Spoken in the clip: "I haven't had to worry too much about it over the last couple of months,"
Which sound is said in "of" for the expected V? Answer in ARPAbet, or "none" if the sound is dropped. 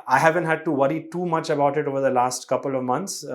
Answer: V